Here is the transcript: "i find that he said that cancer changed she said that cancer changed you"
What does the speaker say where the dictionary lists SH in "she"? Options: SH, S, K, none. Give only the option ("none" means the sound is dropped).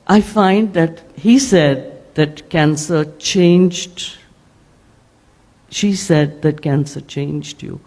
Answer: SH